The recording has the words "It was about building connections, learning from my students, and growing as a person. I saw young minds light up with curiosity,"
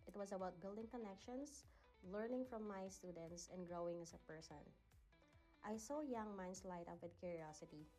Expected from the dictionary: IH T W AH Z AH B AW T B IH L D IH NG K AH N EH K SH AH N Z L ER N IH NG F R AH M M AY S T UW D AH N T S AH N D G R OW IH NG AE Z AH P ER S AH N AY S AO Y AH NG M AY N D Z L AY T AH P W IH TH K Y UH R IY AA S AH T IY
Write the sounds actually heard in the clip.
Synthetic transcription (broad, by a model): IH T W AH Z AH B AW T B IH L D IH NG K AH N EH K SH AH N S L ER N IH NG F R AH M M AY S T UW D AH N T S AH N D G R OW IH NG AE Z AH P ER S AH N AY S AO Y AH NG M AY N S L AY T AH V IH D K Y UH R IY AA S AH T IY